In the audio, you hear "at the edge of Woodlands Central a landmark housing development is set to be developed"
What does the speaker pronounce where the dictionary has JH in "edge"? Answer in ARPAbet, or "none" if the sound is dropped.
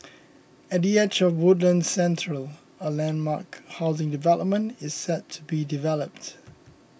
CH